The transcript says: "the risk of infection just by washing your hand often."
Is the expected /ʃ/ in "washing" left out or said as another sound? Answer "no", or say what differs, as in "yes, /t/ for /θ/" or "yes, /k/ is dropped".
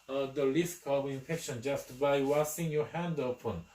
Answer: yes, /s/ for /ʃ/